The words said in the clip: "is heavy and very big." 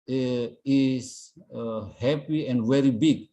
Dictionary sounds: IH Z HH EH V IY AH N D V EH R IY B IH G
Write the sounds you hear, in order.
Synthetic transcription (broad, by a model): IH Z HH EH P IY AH N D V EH R IY B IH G